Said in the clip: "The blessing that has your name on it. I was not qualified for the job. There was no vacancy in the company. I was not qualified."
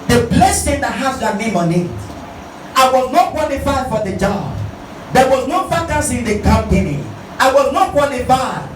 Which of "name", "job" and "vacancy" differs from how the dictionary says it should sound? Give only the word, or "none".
vacancy